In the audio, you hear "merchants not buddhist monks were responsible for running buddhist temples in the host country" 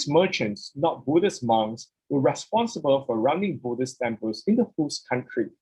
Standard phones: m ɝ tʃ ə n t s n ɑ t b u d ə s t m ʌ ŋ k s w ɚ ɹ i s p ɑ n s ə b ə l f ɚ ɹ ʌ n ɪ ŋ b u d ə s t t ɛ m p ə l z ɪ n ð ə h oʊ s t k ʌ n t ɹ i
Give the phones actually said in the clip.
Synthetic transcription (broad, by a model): m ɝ tʃ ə n t s n ɑ t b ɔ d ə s m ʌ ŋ s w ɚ ɹ i s p ɑ n s ə b ə l f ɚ ɹ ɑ n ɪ ŋ b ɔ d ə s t t ɛ m p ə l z ɪ n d ə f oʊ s k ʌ n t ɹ i